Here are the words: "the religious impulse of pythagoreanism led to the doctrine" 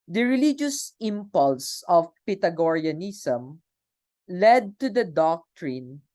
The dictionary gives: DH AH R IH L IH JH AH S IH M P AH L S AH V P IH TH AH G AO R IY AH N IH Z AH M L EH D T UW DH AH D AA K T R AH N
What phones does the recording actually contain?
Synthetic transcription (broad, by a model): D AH R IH L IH JH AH S IH M P AH L S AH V P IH T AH G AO R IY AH N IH S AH M L EH D T UW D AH D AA K T R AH N